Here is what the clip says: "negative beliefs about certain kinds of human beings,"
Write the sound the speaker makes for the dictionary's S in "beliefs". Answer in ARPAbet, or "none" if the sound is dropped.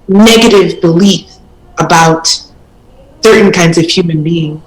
none